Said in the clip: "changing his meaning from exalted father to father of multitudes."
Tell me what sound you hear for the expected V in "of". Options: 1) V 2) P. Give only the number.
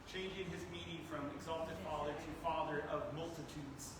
1